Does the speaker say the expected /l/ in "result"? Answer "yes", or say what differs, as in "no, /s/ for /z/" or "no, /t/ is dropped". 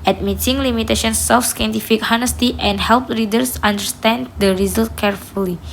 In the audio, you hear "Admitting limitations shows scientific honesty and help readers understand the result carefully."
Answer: yes